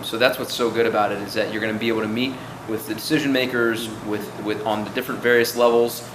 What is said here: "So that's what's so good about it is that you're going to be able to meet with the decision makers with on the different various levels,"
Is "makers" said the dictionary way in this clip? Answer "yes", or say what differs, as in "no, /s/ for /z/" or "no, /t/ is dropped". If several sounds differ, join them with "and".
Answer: yes